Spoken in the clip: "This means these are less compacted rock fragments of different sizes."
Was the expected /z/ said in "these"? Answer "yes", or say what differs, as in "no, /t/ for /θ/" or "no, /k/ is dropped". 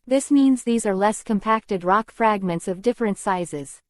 yes